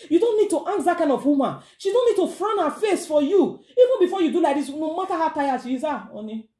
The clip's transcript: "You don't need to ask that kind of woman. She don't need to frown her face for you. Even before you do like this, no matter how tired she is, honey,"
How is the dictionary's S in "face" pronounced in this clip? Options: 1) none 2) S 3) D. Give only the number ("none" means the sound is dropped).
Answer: 2